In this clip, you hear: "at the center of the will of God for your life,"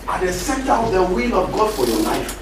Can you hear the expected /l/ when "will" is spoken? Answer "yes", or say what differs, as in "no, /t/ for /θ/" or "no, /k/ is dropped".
yes